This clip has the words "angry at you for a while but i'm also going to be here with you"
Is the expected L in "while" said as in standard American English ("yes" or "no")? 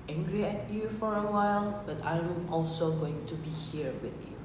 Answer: yes